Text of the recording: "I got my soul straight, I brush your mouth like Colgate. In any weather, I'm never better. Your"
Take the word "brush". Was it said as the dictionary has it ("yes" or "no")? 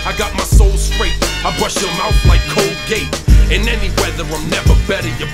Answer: yes